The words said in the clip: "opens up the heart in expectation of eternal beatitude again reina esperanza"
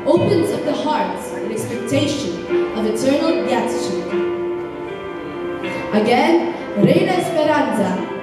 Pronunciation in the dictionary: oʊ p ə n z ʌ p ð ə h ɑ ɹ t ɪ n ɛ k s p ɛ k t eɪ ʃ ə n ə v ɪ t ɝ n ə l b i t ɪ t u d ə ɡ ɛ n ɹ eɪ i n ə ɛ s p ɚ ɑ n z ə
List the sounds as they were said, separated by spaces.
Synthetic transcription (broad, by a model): oʊ p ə n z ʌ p ð ə h ɑ ɹ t ɪ n ɛ k s p ɛ k t eɪ ʃ ə n ə v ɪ t ɝ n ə l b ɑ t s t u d ə ɡ ɛ n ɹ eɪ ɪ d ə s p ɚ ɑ n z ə